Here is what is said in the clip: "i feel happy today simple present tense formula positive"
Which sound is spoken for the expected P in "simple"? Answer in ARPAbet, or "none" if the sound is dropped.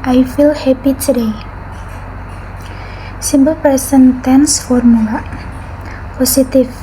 B